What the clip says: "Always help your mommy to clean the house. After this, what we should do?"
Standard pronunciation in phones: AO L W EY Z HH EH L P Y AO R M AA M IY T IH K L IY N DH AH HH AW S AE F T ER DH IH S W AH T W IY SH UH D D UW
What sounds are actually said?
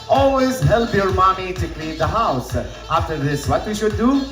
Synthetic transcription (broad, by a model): AO L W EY Z HH EH L P Y AO R M AA M IY T IH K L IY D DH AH HH AW S AE F T ER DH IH S W AH T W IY SH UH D D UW